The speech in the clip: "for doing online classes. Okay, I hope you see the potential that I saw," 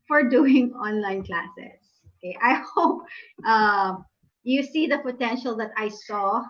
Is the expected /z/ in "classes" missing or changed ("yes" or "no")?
yes